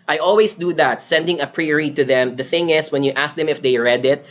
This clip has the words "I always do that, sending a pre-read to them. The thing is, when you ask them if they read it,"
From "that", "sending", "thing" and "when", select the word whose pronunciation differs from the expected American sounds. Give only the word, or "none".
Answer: none